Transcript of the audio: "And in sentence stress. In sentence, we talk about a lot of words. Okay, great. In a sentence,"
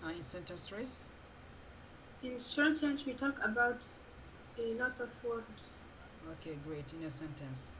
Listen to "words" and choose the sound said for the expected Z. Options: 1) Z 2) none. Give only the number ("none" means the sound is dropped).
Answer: 2